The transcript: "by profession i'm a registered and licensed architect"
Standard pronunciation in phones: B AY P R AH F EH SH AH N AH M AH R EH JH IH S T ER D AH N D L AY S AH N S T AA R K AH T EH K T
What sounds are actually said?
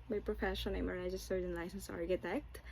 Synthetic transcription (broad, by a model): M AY P R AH F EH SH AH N AH M AH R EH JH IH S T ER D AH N L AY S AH N S AA R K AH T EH K T